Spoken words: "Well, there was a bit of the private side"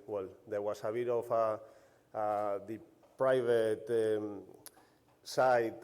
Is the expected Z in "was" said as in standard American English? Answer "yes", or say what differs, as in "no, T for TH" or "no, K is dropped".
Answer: no, S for Z